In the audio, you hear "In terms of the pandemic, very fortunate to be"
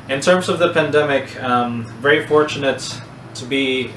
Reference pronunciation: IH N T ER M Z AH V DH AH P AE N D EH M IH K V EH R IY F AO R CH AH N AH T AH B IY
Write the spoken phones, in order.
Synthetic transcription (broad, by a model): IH N T ER M Z AH V DH AH P AE N D EH M IH K V EH R IY F AO R CH AH N AH T AH B IY